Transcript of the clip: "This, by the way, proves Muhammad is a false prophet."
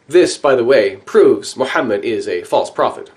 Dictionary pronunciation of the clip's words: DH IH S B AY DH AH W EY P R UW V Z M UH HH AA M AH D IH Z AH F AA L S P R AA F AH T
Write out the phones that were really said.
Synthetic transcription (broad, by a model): DH IH S B AY DH AH W EY P R UW V Z M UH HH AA M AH D IH Z AH F AA L S P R AA F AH T